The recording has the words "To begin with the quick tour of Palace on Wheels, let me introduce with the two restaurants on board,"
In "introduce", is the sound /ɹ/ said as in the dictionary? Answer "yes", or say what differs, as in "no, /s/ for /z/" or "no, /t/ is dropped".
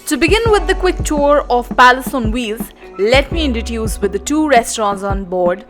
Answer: no, /ɹ/ is dropped